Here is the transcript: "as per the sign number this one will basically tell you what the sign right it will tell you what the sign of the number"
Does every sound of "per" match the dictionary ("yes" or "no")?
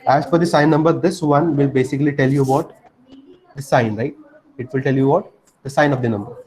no